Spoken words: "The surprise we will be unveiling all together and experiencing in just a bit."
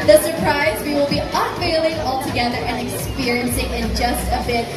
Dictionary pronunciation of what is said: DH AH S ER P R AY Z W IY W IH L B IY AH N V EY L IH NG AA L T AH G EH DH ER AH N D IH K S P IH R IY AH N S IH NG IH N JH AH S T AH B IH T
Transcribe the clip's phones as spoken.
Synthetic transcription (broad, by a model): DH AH S ER P R AY Z W IY W IH L B IY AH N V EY L IH NG AA L T AH G EH DH ER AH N IH K S P IH R IY AH N S IH NG IH N JH AH S T AH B IH T